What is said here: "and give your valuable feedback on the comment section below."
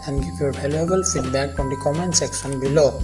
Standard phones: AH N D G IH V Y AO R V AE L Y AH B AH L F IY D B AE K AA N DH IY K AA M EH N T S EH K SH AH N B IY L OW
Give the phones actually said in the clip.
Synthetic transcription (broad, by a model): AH N G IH P Y AO R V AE L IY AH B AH L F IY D B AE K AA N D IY K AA M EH N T S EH K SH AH N B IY L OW